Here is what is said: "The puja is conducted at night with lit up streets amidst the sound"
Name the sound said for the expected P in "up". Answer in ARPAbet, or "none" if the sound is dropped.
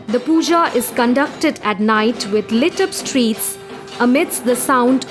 B